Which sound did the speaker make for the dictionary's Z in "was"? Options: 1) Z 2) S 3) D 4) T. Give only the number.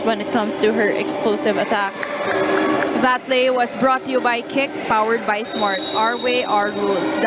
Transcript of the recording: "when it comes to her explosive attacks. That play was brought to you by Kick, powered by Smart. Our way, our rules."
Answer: 2